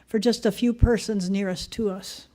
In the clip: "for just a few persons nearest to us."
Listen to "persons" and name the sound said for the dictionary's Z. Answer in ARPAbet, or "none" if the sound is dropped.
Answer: Z